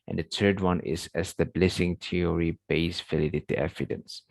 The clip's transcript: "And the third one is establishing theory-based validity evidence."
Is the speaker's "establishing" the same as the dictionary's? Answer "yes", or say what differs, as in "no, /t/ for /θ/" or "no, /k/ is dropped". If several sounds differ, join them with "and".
no, /s/ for /ʃ/